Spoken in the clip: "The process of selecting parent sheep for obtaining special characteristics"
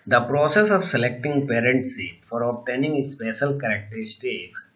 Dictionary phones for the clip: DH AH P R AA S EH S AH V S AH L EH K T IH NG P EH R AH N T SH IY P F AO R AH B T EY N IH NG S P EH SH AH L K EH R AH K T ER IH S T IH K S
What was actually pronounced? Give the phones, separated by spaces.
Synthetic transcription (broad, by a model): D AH P R AA S EH S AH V S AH L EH K T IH NG P EH R AH N T S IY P F AO R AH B T EY N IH NG S P EH SH AH L K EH R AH K T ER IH S T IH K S